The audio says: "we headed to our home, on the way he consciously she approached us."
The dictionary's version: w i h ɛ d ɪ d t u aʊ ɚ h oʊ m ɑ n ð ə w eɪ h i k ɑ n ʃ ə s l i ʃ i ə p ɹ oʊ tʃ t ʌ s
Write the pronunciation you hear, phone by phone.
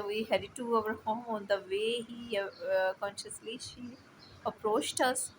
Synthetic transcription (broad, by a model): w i h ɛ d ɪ t u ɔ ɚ h oʊ m ɑ n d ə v eɪ h i k ɑ n ʃ ə s l i ʃ i ə p ɹ oʊ tʃ t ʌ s